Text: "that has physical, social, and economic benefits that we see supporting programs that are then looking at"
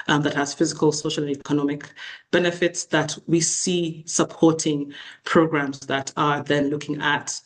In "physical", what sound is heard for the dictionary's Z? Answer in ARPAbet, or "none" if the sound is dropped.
Z